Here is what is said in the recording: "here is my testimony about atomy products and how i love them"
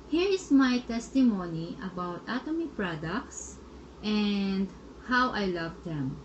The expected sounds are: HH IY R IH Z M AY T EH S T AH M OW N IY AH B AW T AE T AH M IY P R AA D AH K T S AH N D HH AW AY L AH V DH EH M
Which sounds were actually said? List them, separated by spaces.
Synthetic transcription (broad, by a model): HH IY R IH S M AY T EH S T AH M OW N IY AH B AW T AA T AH M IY P R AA D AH K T S AH N D HH AW AY L AH V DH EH M